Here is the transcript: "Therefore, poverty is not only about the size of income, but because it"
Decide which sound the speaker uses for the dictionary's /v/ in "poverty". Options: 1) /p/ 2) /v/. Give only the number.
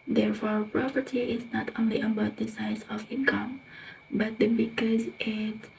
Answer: 1